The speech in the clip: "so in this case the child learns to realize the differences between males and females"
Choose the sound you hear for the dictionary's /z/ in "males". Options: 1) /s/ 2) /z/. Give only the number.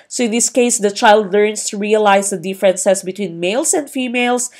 1